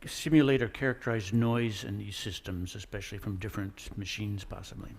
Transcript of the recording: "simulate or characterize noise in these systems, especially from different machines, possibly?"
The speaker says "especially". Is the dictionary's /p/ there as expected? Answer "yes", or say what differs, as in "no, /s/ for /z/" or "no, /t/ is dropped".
yes